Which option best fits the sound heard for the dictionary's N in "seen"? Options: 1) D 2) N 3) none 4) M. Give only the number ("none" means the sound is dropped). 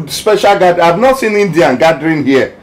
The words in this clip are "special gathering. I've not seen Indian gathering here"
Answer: 2